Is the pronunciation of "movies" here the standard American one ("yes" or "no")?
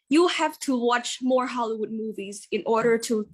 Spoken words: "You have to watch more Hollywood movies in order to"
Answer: yes